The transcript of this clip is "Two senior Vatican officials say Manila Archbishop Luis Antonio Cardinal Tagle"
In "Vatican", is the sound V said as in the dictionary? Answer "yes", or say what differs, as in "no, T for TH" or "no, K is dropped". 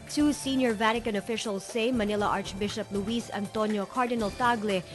yes